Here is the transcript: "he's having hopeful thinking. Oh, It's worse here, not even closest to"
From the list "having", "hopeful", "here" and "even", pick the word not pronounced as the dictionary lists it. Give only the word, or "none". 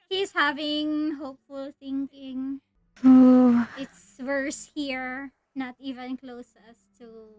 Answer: none